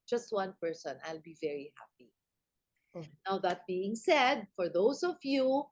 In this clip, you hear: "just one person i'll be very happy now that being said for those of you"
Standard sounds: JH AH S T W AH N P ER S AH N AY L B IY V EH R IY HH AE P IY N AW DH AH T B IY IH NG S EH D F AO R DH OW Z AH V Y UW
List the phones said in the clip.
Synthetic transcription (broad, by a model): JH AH S T W AH N P ER S AH N AY L B IY V EH R IY HH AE P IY N AW DH AH T B IY IH NG S EH D F AO R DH OW S AH V Y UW